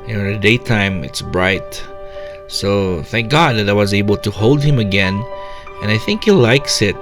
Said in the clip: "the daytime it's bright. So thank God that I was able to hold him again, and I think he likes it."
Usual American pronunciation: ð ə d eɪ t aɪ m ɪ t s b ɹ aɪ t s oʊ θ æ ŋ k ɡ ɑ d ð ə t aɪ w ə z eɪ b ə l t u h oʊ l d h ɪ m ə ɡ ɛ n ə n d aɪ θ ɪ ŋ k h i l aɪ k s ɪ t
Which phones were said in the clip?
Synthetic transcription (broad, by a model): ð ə d eɪ t aɪ m ɪ t s b ɹ aɪ t s oʊ θ æ ŋ k ɡ ɑ d ð ə t aɪ w ə z eɪ b ə l t u h oʊ l d h ɪ m ə ɡ ɛ n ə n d aɪ θ ɪ ŋ k h i l aɪ k s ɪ t